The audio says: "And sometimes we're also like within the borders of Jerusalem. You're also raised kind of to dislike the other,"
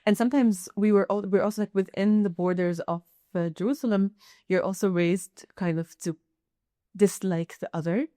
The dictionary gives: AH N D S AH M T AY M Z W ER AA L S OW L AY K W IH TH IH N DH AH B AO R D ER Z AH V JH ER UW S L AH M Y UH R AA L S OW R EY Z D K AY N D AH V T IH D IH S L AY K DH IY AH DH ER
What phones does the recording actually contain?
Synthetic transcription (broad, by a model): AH N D S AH M T AY M Z W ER AA L S OW L AY K W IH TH IH N DH AH B AO R D ER Z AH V JH ER UW S L AH M Y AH R AA L S OW R EY Z D K AY N D AH V T IH D IH S L AY K DH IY AH DH ER